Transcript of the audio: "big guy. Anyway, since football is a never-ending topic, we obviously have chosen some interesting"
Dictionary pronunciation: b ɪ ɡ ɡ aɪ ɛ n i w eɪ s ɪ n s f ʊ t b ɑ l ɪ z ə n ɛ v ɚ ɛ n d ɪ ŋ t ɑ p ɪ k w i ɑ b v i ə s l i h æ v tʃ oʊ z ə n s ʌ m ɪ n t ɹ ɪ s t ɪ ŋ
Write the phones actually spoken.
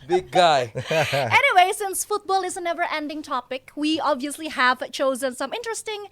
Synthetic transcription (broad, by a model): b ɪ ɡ ɡ aɪ ɛ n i w eɪ s ɪ n s f ʊ t b ɑ l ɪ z ə n ɛ v ɚ ɛ n d ɪ ŋ t ɑ p ɪ k w i ɑ b v i ə s l i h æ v tʃ oʊ z ə n s ʌ m ɪ n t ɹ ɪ s t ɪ ŋ